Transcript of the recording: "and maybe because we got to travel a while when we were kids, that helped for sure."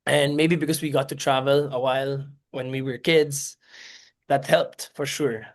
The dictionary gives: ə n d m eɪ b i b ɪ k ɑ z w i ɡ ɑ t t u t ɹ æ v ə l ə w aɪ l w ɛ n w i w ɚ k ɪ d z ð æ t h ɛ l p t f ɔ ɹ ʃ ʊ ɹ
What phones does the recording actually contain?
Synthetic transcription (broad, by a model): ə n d m eɪ b i b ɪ k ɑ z w i ɡ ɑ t t u t ɹ æ v ə l ə w aɪ l w ɛ n w i w ɚ k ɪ d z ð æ t h ɛ l p t f ɔ ɹ ʃ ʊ ɹ